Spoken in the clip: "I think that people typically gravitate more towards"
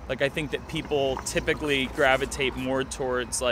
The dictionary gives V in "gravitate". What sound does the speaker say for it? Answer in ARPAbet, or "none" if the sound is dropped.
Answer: V